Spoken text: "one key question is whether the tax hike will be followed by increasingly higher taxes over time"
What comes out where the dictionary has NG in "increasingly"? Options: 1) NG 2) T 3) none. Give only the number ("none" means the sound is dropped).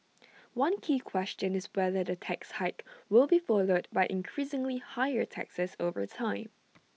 1